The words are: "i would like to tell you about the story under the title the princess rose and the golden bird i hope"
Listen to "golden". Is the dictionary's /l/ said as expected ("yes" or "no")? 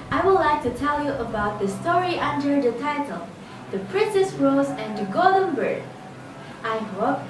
no